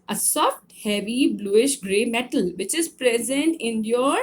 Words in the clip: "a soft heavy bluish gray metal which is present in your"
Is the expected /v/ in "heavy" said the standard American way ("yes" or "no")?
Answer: yes